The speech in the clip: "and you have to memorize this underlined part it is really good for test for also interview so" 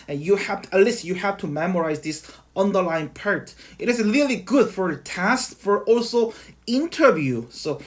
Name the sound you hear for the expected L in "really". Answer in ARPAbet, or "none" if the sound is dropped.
L